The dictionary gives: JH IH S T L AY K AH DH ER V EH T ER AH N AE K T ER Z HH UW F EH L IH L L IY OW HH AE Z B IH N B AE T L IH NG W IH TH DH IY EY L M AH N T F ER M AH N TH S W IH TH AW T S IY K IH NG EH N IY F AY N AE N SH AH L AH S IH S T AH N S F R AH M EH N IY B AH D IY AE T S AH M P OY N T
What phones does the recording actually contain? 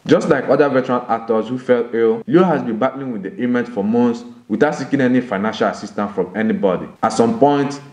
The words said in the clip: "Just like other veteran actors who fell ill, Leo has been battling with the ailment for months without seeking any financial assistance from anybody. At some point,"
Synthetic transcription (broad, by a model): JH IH S T L AY K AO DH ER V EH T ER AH L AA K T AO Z HH UW F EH L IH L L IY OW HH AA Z B IH N B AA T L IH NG W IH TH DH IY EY M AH N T F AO M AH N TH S W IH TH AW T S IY K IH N EH N IY F AY N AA N SH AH L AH S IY S T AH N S F R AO M EH N IY B AH D IY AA T S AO M P OY N T